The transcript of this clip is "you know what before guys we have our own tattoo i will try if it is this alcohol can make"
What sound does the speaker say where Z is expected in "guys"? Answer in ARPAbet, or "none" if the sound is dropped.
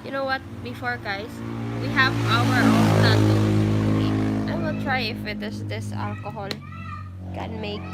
S